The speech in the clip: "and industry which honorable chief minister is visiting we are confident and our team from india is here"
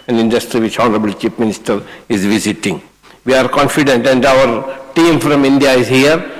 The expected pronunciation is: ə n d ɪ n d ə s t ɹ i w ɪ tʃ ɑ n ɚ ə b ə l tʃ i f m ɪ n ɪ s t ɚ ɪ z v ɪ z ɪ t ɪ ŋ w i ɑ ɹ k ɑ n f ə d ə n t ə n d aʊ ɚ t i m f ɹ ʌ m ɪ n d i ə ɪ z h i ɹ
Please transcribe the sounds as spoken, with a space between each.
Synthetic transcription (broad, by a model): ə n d ɪ n d ə s t ɹ i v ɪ tʃ ɑ n ɚ ə b ə l tʃ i p m ɪ n ɪ s t ɚ ɪ z v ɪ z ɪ t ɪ ŋ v i ɑ ɹ k ɑ n f ə d ə n t ə n d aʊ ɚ t i m f ɹ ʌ m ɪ n d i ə ɪ z h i ɹ